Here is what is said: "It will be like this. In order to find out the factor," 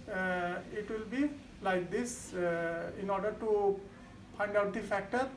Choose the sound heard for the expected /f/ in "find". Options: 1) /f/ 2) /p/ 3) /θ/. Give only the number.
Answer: 2